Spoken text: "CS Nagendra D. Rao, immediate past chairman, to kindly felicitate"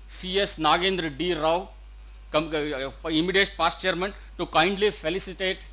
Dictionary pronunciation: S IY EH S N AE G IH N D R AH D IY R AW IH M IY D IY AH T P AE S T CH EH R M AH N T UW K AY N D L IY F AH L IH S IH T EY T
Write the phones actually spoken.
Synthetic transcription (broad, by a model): S IY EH S N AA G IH N D R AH D IY R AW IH M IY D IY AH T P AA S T CH EH R M AH N T UW K AY N D L IY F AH L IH S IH T EY T